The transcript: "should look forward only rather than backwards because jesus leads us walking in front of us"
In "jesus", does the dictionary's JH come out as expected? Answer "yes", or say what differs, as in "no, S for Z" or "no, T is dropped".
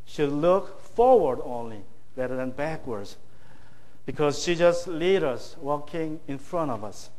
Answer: no, SH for JH